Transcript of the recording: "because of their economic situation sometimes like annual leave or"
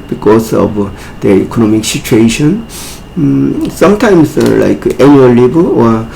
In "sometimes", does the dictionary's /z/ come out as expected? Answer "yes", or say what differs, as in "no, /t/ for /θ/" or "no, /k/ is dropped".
no, /s/ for /z/